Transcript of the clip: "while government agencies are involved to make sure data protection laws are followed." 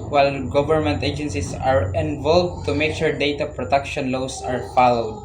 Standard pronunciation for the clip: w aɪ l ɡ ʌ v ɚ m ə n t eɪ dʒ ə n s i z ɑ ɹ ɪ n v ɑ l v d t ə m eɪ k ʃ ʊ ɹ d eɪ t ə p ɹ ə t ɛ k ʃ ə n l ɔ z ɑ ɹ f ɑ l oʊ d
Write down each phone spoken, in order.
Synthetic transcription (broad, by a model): w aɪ l ɡ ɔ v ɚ m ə n t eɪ dʒ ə n s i s ɑ ɹ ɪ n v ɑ l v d t ə m eɪ k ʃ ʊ ɹ d eɪ t ə p ɹ ə t ɛ k ʃ ə n l ɔ s ɑ ɹ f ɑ l oʊ d